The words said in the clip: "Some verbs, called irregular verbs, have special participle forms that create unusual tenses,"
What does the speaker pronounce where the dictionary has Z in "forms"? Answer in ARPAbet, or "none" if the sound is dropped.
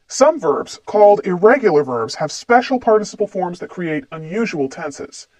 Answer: Z